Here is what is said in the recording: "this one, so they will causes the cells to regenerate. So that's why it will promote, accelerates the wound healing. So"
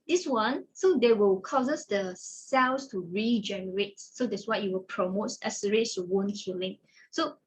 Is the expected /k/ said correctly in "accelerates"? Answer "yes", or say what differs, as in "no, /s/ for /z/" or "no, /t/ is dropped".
no, /k/ is dropped